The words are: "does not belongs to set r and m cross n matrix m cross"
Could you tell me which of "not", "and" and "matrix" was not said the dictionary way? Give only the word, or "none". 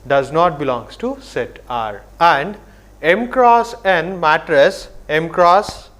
matrix